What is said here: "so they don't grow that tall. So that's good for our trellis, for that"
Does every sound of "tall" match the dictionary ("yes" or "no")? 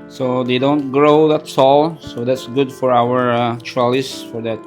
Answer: no